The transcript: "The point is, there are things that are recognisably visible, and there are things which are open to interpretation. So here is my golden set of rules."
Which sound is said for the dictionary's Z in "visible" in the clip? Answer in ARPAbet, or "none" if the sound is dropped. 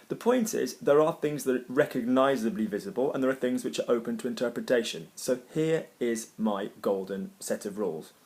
Z